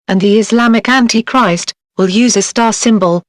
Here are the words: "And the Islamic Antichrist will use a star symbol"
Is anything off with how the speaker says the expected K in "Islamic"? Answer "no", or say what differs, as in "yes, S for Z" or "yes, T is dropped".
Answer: no